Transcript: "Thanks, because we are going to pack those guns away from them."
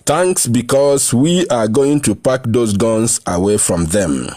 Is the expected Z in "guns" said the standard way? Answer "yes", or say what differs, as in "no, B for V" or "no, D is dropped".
no, S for Z